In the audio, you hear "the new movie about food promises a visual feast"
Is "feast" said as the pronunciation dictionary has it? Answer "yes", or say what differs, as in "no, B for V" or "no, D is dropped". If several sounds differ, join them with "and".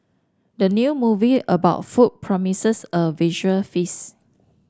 no, T is dropped